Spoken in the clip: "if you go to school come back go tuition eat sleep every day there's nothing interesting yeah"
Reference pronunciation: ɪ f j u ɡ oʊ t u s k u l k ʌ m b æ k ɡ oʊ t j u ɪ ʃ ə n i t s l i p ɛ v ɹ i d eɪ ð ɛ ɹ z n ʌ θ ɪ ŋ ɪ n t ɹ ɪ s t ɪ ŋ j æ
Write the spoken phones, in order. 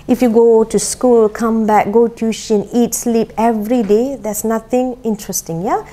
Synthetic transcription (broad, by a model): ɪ f j u ɡ oʊ t u s k u l k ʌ m b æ k ɡ oʊ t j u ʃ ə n i t s l i p ɛ v ɹ i d eɪ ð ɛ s n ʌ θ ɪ ŋ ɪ n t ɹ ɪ s t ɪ ŋ j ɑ